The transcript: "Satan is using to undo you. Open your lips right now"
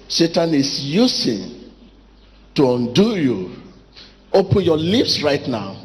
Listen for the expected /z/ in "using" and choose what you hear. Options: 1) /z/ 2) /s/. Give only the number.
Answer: 2